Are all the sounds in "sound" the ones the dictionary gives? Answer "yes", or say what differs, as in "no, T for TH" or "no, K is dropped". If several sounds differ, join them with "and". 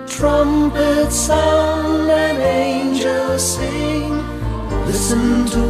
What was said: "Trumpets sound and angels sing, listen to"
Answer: no, D is dropped